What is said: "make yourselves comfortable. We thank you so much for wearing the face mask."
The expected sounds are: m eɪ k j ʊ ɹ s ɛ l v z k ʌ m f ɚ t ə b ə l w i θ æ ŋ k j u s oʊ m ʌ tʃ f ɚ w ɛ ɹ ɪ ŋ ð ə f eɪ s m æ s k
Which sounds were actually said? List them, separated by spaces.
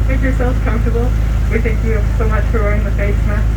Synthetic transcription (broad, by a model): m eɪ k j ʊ ɹ s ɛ l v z k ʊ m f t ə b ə l w i θ æ ŋ k j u s oʊ m ʌ tʃ f ɚ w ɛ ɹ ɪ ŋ ð ə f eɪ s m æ